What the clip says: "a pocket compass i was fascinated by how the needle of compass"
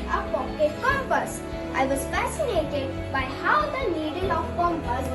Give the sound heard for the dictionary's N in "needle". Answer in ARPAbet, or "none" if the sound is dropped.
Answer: L